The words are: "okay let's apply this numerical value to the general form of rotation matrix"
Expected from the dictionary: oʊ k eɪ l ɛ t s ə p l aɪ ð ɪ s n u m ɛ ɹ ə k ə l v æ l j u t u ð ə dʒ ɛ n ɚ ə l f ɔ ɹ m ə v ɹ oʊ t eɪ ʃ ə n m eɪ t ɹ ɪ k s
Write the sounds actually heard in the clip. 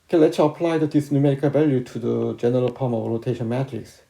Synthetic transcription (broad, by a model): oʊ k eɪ l ɛ t s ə p l aɪ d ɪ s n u m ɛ ɹ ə k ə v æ l j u t u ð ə dʒ ɛ n ɚ ə l p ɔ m ə v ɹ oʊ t eɪ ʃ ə n m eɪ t ɹ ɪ k s